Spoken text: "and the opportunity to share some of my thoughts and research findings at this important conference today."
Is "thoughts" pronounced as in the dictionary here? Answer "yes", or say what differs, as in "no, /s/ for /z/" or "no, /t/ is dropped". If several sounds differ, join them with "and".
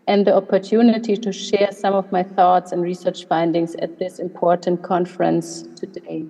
yes